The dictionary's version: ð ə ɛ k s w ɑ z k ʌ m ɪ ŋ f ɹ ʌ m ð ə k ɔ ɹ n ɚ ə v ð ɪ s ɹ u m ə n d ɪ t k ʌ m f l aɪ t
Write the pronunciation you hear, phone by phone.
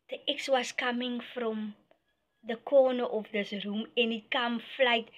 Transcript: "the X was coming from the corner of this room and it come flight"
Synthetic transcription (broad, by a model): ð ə ɛ k s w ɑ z k ʌ m ɪ ŋ f ɹ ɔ m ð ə k ɔ n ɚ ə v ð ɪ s ɹ u m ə n ɪ t k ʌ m f l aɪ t